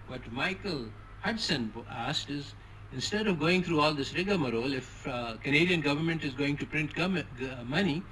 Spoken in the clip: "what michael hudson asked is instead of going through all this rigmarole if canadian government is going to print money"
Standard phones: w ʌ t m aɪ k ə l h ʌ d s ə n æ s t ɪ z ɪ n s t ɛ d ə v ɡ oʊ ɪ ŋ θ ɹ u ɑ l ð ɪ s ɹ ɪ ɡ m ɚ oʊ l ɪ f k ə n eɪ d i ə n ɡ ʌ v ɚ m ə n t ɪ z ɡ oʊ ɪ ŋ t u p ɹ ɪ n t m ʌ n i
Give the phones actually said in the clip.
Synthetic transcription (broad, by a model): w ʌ t m aɪ k ə l h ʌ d s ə n æ s t ɪ z ɪ n s t ɛ d ə v ɡ oʊ ɪ ŋ t ɹ u ɑ l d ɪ s ɹ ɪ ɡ m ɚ oʊ l ɪ f k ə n eɪ d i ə n ɡ ʌ v ɚ m ə n t ɪ z ɡ oʊ ɪ ŋ t u p ɹ ɪ n t m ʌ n i